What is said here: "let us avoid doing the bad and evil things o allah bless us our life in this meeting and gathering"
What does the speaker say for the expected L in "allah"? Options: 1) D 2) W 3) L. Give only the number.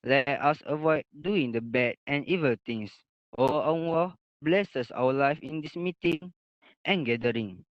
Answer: 2